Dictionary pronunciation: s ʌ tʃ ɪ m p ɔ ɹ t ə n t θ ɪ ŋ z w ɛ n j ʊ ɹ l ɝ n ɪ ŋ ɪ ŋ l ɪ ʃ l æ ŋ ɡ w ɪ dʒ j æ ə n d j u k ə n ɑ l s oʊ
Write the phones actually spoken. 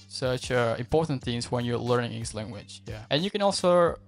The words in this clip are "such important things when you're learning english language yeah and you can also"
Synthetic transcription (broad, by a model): s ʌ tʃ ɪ m p ɔ ɹ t n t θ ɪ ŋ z w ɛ n j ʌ ɹ l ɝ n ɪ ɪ ŋ ɪ s l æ ŋ ɡ w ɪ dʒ j æ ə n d j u k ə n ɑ l s oʊ